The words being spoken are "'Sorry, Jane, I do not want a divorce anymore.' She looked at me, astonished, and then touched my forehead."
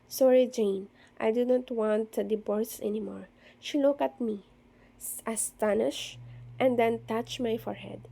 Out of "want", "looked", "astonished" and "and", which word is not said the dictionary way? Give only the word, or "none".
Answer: looked